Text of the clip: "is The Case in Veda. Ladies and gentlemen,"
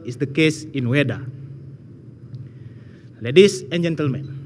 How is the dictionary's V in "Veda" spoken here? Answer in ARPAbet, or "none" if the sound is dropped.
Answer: W